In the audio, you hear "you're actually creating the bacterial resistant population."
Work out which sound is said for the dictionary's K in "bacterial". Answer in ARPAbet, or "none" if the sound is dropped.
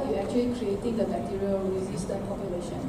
none